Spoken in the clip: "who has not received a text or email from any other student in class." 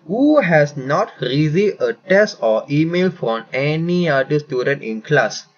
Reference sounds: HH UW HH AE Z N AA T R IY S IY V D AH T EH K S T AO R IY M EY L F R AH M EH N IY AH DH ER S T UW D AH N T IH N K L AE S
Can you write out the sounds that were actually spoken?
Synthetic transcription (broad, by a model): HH UW HH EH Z N AA T R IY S IY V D AH T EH S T AO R IY M EY L F R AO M EH N IY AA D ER S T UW D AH N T IH N K L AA S